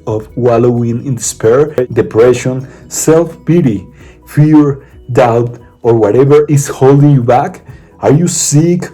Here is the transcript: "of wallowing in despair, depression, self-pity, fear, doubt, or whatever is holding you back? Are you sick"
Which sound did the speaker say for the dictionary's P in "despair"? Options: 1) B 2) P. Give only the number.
2